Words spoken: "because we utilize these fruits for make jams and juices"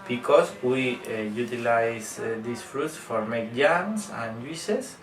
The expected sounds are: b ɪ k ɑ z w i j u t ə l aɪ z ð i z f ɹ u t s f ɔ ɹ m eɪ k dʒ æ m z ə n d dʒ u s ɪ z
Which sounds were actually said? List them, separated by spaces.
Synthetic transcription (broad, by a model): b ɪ k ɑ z w i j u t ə l aɪ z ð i s f ɹ u t s f ɔ ɹ m eɪ k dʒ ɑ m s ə n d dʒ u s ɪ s